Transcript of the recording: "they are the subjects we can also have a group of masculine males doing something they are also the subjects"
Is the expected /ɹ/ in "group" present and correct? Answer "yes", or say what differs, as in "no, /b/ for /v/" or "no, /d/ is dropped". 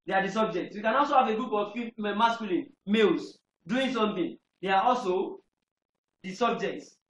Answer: no, /ɹ/ is dropped